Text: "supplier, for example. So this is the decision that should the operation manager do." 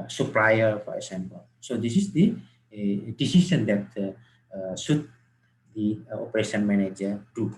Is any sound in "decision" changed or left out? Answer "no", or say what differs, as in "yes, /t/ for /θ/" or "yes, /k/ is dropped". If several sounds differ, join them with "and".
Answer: yes, /s/ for /ʒ/